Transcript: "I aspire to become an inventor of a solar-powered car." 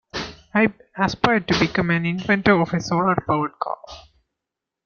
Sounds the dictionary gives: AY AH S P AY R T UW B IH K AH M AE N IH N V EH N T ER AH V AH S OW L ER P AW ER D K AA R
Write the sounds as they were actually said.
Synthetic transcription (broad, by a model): AY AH S P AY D T UW B IH K AH M AE N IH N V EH N T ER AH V AH S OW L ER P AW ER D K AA L